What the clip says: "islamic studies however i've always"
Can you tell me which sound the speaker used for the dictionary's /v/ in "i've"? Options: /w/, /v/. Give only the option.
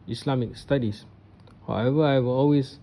/w/